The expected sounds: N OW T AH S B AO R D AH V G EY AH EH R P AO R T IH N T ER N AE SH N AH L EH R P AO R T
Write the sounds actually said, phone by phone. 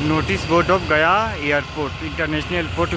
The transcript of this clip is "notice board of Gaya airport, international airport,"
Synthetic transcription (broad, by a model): N OW T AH S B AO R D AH P G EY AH R P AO R T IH N T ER N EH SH N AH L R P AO R T